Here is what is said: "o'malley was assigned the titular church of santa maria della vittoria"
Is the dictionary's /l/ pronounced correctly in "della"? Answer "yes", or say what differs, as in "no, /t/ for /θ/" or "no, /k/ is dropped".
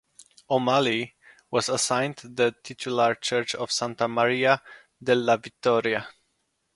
yes